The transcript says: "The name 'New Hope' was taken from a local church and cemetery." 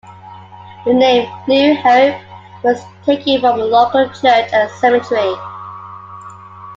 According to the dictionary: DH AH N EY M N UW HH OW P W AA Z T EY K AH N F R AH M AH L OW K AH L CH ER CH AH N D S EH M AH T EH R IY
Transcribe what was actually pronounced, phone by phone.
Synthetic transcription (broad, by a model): DH AH N EY M L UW HH OW P W AA Z T EY K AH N F R AH M AH L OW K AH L CH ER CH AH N S EH M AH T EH R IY